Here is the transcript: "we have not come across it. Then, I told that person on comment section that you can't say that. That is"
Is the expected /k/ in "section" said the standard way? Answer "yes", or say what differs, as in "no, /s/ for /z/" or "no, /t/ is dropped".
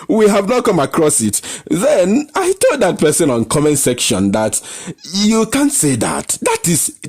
yes